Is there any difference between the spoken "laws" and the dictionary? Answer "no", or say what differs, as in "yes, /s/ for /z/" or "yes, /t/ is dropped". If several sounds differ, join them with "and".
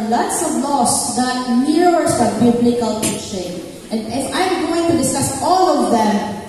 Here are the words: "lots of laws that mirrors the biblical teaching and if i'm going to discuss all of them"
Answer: yes, /s/ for /z/